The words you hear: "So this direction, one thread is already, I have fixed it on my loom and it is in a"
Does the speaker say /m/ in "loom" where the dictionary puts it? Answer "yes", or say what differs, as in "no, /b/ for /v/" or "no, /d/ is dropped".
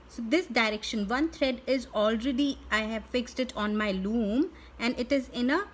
yes